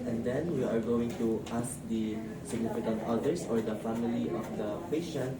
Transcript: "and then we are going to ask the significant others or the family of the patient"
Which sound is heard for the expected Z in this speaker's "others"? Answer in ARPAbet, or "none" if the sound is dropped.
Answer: S